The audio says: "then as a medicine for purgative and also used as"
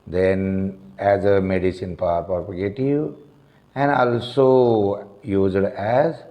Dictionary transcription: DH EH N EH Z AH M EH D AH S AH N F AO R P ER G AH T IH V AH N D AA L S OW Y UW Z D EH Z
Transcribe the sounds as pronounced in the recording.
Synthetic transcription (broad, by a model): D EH N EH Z AH M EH D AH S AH N P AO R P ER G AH T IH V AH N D AA L S OW Y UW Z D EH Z